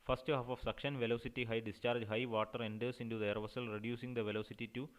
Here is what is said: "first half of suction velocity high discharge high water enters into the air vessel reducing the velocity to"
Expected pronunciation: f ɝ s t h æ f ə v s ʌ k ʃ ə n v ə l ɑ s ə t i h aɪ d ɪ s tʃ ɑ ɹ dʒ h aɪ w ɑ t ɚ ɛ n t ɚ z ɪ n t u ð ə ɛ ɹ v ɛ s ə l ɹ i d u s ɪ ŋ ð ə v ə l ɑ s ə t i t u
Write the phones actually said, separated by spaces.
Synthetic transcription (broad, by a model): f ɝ s t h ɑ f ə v s ʌ k ʃ ə n v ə l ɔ s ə t i h aɪ d ɪ s tʃ ɑ ɹ dʒ h aɪ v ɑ t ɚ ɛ n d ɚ s ɪ n t u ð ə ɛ ɹ v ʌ s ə l ɹ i d u s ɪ ŋ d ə v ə l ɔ s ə t i t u